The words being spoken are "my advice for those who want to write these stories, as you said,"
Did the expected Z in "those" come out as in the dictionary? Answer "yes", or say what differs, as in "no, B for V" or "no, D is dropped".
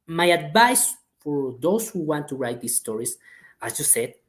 no, S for Z